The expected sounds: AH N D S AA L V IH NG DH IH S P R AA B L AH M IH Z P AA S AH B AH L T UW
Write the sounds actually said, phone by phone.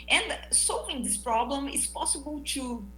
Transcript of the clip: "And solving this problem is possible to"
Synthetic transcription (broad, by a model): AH N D S AA L V IH NG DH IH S P R AA B L AH M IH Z P AA S AH B AH L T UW